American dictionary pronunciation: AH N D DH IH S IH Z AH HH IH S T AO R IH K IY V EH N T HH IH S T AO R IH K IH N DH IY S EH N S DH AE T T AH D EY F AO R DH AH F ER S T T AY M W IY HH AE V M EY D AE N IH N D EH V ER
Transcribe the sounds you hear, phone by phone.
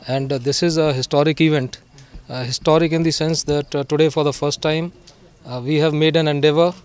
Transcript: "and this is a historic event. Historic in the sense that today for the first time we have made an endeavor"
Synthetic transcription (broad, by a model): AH N D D IH S IH Z AH HH IH S T AO R IH K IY V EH N T HH IH S T AO R IH K IH N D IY S EH N S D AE T T AH D EY F AO R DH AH F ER S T T AY M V IY HH AE V M EY D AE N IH N D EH V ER